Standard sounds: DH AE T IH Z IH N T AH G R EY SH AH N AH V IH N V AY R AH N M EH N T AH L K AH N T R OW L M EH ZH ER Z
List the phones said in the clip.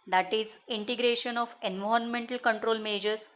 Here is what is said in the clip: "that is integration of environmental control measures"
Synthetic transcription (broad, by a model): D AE T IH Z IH N T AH G R EY SH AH N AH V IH N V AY AH N M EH N T AH L K AH N T R OW L M EH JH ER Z